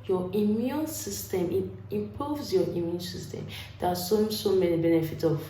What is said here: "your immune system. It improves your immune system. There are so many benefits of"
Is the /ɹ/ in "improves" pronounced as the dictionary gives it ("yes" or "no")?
no